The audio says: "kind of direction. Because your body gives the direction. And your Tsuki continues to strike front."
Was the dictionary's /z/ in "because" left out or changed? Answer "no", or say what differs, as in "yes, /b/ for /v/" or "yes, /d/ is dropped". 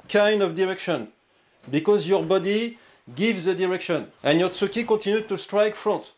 no